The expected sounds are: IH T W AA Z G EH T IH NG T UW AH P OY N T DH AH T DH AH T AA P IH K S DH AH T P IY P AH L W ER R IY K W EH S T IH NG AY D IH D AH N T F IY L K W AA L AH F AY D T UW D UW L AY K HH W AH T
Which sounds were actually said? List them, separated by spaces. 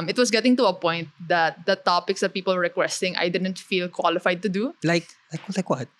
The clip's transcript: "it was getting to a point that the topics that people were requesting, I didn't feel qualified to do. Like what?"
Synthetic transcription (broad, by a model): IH T W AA S G EH T IH NG T UW AH P OY N T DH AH T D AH T AA P IH K S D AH T P IY P AH L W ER R IY K W EH S T IH NG AY D IH D AH N T F IY L K W AA L AH F AY D T UW D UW L AY K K W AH T